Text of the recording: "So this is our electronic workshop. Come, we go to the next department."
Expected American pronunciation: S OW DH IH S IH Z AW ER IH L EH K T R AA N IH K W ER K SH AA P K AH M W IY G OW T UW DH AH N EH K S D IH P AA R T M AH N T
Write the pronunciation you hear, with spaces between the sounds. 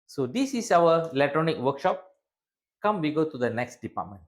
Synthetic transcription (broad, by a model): S OW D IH S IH S AW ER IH L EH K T R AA N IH K W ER K SH AA P K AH M W IY G OW T UW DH AH N EH K S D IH P AA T M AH N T